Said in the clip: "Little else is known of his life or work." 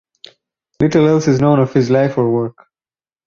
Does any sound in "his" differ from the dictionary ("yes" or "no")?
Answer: no